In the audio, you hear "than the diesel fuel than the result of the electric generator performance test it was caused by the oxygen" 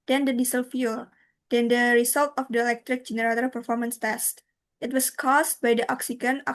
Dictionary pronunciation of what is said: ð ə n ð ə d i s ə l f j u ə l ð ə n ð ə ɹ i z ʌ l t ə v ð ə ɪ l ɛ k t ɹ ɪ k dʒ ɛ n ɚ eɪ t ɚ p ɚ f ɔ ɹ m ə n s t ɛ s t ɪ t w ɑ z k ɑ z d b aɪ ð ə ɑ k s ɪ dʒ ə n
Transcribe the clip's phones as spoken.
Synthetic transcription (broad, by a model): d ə n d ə d i s ə l f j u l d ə n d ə ɹ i s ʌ l t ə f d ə ɪ l ɛ k t ɹ ɪ k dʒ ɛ n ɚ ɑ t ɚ p ɚ f ɔ ɹ m ə n s t ɛ s t ɪ t w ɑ s k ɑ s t b aɪ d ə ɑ k s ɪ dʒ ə n